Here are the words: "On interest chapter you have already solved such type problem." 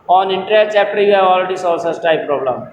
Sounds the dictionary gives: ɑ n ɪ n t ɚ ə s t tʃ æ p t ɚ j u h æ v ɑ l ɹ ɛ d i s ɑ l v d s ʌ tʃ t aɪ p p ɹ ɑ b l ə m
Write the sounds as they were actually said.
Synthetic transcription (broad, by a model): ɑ n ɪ n t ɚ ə t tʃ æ p t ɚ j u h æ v ɑ l ɹ ɛ d i s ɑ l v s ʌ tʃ t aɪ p p ɹ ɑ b l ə m